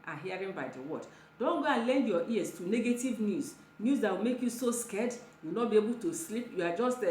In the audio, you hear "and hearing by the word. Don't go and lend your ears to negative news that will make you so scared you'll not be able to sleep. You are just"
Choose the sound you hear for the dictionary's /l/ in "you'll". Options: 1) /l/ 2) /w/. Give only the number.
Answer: 2